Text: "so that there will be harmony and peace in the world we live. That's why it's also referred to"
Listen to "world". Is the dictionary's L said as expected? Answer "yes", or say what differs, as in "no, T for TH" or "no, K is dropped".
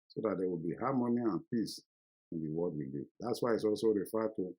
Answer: no, L is dropped